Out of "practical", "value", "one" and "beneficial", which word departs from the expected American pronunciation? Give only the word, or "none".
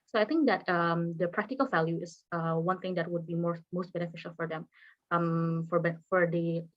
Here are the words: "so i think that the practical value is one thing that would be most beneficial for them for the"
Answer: none